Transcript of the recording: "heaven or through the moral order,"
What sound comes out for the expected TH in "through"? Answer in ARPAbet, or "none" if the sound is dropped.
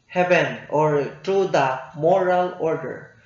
T